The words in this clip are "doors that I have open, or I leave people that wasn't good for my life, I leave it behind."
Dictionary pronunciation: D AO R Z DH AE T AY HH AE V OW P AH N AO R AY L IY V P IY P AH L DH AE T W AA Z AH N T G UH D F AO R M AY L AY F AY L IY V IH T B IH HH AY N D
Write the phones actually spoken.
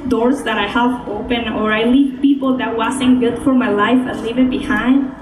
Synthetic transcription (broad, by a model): D AO R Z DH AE T AY HH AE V OW P AH N AO R AY L IY V P IY P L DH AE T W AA S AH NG G UH D F AO R M AY L AY F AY L IY V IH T B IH HH AY N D